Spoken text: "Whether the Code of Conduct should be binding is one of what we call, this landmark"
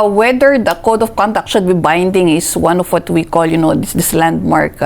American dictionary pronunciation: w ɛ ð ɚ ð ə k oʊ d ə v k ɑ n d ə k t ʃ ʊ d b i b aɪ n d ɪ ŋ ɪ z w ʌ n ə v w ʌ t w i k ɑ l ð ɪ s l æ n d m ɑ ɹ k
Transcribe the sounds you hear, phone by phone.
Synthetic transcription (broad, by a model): w ɛ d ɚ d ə k oʊ d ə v k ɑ n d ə k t ʃ ʊ d b i b aɪ n d ɪ ŋ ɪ s w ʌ n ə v w ʌ t w i k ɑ l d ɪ s l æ n d m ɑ ɹ k